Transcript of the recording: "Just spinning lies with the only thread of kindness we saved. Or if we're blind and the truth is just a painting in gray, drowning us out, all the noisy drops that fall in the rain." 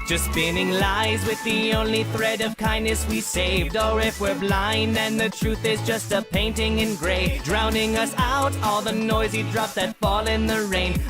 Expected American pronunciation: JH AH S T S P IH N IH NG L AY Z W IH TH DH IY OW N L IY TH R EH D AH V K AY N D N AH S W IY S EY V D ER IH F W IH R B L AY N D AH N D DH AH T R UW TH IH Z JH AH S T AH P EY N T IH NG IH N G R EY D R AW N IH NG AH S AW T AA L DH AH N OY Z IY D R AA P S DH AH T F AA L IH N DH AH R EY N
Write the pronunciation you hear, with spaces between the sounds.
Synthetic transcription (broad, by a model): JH AH S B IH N IH NG L AY Z W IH DH IY OW N L IY TH R EH D AH V K AY N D N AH S W IY S EY V D ER IH F W IH R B L AY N AH N DH AH T R UW TH IH Z JH AH S T AH P EY N T IH NG IH N G R EY D R AW N IH NG AH S AW T AA L DH AH N OY Z IY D R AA P DH AH T F AA L IH N DH AH R EY N